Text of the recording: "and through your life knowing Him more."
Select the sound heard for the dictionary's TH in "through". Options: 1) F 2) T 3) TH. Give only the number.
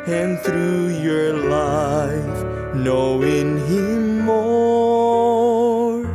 3